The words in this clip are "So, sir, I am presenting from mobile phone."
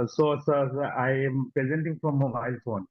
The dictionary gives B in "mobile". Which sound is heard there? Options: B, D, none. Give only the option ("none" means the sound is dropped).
none